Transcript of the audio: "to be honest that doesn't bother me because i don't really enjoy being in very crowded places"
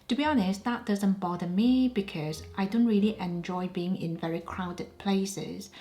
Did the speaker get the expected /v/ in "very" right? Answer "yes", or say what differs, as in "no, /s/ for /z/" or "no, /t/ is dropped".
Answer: yes